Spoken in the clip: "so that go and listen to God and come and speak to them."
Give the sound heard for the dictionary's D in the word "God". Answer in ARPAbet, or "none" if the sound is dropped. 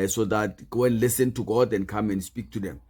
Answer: D